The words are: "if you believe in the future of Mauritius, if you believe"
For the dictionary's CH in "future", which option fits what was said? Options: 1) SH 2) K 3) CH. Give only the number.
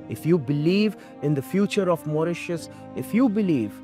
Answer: 3